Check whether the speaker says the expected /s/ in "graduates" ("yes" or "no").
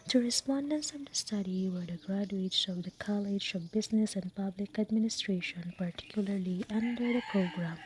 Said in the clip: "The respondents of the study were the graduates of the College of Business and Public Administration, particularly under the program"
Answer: yes